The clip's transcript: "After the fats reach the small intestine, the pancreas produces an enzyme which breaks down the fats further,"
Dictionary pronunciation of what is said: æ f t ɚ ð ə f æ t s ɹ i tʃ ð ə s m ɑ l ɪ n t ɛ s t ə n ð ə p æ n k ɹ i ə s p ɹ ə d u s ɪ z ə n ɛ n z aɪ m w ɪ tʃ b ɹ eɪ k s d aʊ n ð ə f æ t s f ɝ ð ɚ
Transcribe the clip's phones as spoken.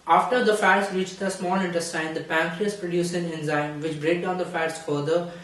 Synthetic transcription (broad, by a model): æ f t ɚ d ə f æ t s ɹ i tʃ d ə s m ɑ l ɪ n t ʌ s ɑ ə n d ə p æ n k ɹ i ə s p ɹ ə d u s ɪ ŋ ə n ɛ n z aɪ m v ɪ tʃ b ɹ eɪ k d aʊ n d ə f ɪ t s f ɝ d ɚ